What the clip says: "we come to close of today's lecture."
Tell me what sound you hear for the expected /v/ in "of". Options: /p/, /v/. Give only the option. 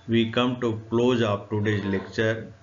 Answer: /p/